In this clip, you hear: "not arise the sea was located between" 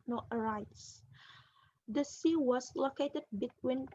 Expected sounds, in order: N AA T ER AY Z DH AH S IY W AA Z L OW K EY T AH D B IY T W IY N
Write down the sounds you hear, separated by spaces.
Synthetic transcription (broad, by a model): N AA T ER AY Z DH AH S IY W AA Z L OW K EY T AH D B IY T W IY N